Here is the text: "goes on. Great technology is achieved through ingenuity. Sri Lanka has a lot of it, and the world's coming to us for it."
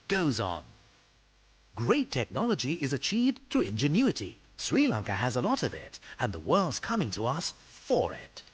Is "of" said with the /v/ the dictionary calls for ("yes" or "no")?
yes